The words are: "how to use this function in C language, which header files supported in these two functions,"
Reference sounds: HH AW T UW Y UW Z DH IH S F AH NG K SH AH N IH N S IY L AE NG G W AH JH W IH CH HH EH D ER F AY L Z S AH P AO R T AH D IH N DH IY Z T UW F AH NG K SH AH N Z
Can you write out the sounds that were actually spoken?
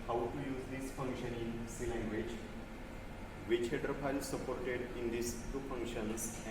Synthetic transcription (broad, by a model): HH AW T UW Y UW Z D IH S F AH NG K SH AH N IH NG S IY L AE NG G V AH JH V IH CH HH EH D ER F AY L S AH P AO R T AH D IH N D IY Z T UW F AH NG K SH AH N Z